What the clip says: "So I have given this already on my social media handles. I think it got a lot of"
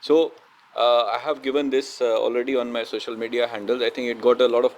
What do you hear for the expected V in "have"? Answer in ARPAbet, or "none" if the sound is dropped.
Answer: V